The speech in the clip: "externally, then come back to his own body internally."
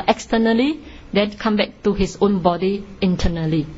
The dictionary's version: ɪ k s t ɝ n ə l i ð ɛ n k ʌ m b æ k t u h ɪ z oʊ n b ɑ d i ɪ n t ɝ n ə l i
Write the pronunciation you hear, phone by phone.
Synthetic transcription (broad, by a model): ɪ k s t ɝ n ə l i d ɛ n k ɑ m b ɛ k t u h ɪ s oʊ n b ɑ d i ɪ n t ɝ n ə l i